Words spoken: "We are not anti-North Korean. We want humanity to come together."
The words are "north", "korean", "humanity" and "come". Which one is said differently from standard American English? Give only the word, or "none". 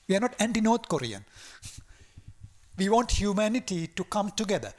north